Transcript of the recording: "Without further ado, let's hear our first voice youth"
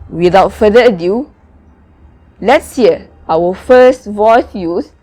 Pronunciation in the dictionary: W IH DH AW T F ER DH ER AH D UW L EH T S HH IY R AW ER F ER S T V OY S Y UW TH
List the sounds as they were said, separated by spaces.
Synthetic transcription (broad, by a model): W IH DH AW T F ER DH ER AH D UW L EH T S HH IY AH AW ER F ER S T V OY S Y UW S